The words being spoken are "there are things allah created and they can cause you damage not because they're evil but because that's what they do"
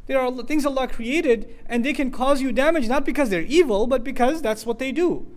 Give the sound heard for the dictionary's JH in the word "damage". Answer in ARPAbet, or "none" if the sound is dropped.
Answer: JH